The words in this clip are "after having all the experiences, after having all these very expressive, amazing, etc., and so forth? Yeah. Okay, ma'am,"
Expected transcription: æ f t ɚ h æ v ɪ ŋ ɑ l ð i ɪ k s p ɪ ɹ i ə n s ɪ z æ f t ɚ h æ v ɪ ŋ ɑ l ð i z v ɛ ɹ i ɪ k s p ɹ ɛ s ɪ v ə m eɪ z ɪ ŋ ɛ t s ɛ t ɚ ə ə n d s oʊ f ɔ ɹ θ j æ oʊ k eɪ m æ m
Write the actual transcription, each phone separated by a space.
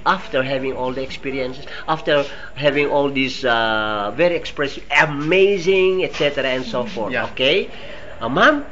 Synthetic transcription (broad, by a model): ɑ f t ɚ h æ v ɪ ŋ ɑ l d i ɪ k s p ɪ ɹ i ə n s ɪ s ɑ f t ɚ h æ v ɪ ŋ ɑ l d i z v ɛ ɹ i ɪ k s p ɹ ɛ s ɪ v ə m eɪ z ɪ ŋ ɛ t s ɛ t ɚ ə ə n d s oʊ f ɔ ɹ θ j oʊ k eɪ m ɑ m